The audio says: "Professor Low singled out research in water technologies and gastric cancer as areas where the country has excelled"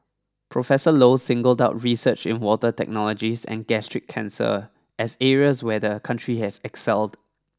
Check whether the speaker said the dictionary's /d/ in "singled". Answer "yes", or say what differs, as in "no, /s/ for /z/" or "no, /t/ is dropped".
yes